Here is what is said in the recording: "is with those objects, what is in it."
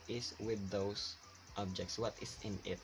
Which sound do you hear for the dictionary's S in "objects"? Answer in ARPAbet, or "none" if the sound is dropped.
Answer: S